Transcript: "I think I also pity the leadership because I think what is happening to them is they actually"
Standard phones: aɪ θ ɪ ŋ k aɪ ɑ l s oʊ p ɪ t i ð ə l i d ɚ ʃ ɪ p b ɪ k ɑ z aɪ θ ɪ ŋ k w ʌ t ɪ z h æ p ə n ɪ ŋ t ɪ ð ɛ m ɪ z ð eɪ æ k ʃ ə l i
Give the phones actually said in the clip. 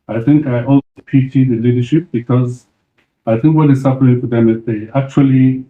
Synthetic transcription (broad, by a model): aɪ θ ɪ ŋ k aɪ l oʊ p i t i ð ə l i d ɚ ʃ ɪ p b ɪ k ɑ z aɪ θ ɪ ŋ k w ʌ t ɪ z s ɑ f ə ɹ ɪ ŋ t ɪ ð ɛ m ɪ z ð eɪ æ k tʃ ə l i